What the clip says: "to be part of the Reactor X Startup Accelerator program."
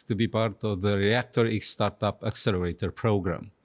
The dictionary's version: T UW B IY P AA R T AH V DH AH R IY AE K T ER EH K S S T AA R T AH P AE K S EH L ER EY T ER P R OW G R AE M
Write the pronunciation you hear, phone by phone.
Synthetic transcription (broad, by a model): T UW B IY P AA R T AH V DH AH R IY AE K T ER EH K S S T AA R T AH P AE K S EH L ER EY T ER P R OW G R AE M